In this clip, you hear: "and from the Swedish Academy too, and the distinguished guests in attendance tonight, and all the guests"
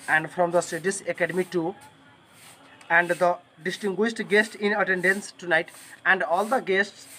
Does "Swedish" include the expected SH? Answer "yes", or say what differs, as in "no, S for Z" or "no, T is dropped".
no, S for SH